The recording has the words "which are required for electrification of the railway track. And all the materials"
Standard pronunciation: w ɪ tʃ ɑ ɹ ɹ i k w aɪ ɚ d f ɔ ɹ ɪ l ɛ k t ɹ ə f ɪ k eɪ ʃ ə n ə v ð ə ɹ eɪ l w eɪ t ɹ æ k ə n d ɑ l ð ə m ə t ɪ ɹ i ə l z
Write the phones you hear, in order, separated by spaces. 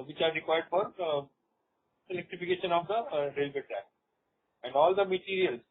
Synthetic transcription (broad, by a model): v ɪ tʃ ɑ ɹ ɹ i k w aɪ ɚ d f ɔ ɹ ɪ l ɛ k t ɹ ə f ɪ k eɪ ʃ ə n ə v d ə ɹ eɪ l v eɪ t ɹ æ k ə n d ɑ l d ə m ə t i ɹ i ə l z